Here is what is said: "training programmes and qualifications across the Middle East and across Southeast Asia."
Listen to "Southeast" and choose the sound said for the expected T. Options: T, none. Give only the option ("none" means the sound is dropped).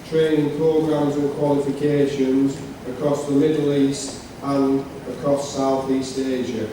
T